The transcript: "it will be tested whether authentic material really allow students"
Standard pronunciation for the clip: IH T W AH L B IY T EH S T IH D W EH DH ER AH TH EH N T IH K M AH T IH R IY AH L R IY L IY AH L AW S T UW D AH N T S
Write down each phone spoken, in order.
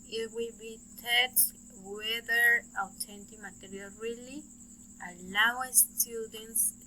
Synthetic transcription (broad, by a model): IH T W AH L B IY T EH T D W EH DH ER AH T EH N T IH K M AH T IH R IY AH L R IY L IY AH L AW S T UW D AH N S